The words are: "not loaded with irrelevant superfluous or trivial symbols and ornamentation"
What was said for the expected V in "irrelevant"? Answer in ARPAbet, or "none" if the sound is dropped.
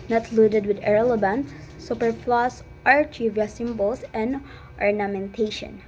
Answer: B